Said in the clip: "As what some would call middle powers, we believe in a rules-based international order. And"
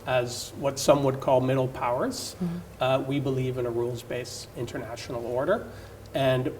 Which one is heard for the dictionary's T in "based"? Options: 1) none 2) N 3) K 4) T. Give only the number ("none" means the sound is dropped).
1